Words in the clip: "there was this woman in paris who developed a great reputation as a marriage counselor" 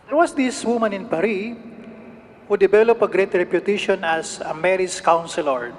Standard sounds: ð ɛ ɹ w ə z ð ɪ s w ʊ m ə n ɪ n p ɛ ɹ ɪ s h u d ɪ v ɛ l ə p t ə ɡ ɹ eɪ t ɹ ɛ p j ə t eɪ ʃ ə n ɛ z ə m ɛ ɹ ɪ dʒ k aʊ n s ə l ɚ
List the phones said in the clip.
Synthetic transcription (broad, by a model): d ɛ ɹ w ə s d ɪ s w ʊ m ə n ɪ n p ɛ ɹ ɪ h u d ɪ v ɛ l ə p ə ɡ ɹ eɪ t ɹ ɛ p j ə t eɪ ʃ ə n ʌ s ə m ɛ ɹ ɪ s k aʊ n s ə l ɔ